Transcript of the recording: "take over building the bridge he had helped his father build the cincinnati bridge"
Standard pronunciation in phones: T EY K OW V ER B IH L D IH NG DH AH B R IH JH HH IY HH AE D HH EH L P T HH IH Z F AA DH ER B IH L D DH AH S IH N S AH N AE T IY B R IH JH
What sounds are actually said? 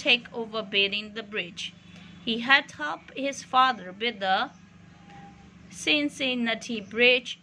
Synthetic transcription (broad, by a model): EY K OW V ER B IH D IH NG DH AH B R IH JH HH IY HH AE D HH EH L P HH IH Z F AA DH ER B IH D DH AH S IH N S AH N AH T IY B R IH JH